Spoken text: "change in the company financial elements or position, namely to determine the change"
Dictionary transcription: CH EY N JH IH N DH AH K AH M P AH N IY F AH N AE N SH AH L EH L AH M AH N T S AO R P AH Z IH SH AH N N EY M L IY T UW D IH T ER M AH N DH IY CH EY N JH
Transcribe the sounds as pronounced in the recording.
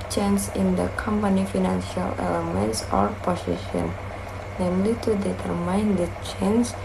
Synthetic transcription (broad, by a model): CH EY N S IH N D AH K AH M P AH N IY F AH N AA N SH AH L EH L AH M AH N T S AO R P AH S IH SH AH N N EY M L IY T UW D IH T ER M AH N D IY CH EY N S